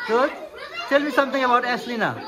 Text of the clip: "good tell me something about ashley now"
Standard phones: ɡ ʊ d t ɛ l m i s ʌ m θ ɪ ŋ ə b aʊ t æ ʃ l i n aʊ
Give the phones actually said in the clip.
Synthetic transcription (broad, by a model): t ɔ t ɛ l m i s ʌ m t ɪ ŋ ə b aʊ t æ s l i n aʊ